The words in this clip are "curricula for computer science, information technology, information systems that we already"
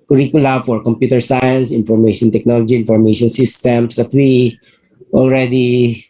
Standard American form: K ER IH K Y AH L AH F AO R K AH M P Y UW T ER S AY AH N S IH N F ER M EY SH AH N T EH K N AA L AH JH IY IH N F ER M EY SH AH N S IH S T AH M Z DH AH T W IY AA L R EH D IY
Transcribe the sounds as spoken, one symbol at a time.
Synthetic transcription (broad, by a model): K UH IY K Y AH L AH F AO R K AH M P Y UW T ER S AY AH N S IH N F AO M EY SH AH N T EH K N AA L AH JH IY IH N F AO M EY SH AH N S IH S T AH M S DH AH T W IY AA L R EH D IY